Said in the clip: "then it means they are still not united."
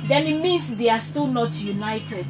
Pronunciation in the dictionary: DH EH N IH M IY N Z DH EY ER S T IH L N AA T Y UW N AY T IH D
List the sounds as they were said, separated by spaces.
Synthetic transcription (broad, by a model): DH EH N IH M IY N S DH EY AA S T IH L N AA T Y UW N AY T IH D